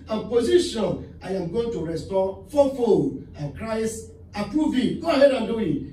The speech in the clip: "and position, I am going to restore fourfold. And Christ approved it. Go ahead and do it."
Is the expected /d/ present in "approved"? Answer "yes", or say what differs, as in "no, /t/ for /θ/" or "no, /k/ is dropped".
no, /d/ is dropped